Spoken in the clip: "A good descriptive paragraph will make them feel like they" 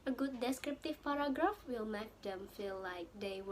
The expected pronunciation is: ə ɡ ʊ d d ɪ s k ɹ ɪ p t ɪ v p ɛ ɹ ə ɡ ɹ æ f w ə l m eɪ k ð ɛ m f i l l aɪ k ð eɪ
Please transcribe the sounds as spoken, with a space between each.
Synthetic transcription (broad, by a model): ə ɡ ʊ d d ɪ s k ɹ ɪ p t ɪ v p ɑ ɹ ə ɡ ɹ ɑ f w ə l m eɪ k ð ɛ m f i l l aɪ k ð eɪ